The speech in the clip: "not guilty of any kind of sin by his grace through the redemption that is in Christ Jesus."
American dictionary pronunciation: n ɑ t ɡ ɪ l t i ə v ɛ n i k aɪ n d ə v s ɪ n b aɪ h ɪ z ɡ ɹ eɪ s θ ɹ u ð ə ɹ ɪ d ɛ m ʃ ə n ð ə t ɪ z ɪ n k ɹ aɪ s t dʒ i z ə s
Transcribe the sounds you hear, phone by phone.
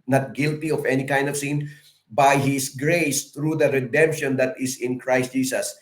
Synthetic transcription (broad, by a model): n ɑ t ɡ ɪ l t i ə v ɛ n i k aɪ n d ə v s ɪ n b aɪ h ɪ s ɡ ɹ eɪ s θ ɹ u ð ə ɹ ɪ d ɛ m ʃ ə n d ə t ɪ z ɪ n k ɹ aɪ s t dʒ i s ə s